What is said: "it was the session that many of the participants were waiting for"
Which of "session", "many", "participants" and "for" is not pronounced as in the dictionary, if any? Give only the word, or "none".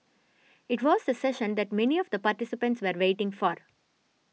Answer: none